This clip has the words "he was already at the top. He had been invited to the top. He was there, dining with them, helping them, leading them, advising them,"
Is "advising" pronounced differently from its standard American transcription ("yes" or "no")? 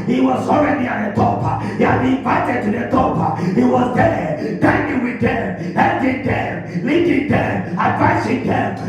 yes